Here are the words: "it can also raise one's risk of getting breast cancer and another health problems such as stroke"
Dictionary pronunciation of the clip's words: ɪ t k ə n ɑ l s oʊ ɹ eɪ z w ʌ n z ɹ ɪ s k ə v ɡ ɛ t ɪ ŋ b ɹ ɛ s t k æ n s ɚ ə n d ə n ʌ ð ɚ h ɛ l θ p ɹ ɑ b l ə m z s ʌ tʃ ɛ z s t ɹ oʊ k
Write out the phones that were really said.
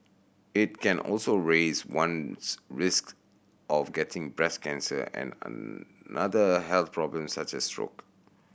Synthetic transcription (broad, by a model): ɪ t k ə n ɑ l s oʊ ɹ eɪ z w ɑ n ɹ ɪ s k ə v ɡ ɛ t ɪ ŋ b ɹ ɛ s k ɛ n s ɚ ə n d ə n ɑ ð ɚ h ɛ l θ p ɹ ɑ b l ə m s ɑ tʃ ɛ s t ɹ oʊ k